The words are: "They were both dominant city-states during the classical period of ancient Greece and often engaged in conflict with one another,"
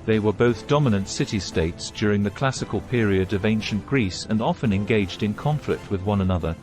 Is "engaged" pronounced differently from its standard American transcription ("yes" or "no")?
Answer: no